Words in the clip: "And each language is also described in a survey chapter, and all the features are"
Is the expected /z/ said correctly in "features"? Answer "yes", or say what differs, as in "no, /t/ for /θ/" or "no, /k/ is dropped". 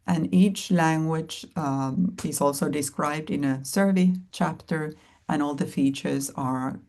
yes